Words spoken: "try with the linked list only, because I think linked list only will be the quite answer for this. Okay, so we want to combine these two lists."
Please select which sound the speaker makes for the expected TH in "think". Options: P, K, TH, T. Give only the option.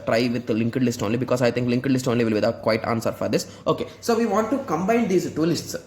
T